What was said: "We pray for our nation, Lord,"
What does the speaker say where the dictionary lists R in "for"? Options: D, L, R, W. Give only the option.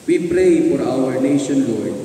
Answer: R